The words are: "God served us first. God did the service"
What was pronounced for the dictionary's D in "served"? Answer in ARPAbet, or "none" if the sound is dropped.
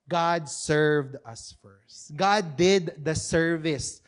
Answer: D